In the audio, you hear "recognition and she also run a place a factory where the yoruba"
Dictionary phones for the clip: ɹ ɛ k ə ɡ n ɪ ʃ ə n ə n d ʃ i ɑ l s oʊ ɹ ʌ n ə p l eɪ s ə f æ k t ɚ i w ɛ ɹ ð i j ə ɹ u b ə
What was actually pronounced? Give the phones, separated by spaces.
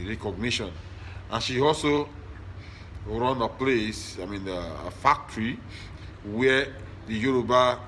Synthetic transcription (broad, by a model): ɹ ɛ k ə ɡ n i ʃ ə n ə n ʃ i ɑ l s oʊ ɹ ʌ n ə p l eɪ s ə f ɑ k t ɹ i w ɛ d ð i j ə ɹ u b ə